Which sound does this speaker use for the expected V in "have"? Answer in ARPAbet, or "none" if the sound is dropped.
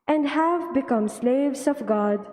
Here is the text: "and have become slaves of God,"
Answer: V